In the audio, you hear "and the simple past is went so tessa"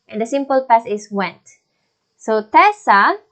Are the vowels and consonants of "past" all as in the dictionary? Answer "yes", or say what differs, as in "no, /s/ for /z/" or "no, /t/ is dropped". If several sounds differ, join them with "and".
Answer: no, /t/ is dropped